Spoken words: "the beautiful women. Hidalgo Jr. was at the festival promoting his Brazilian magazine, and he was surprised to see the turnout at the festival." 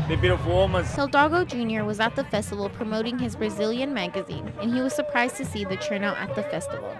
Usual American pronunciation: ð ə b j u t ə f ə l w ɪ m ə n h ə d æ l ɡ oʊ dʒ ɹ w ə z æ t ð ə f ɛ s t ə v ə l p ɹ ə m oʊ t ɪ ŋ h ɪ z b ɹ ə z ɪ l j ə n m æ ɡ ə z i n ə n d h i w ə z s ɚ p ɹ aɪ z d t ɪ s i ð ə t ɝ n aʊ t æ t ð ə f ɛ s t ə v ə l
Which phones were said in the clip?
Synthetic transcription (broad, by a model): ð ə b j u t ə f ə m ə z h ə d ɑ ɡ oʊ dʒ ɹ w ə z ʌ t ð ə f ɛ s t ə v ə l p ɹ ə m oʊ t ɪ ŋ ɪ z b ɹ ə z ɪ l j ə n m æ ɡ ə z i n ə n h i w ə z s ɚ p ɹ aɪ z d t ɪ s i ð ə t ɝ n aʊ t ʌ t ð ə f ɛ s t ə v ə l